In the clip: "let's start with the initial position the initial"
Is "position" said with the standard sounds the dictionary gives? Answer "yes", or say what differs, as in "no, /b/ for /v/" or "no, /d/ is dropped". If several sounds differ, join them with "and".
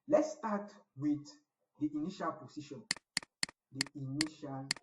no, /s/ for /z/